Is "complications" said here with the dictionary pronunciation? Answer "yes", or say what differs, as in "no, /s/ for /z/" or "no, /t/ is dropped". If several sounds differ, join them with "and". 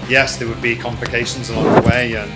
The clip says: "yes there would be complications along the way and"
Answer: yes